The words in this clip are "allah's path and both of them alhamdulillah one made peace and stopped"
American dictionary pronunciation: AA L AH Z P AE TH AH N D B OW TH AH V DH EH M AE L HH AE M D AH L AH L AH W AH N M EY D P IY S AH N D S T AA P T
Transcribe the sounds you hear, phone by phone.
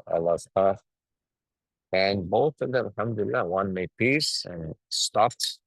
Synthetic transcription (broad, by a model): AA L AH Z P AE F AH N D B OW TH AH V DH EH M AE L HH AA M D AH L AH L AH W AH N M EY D P IY S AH N S T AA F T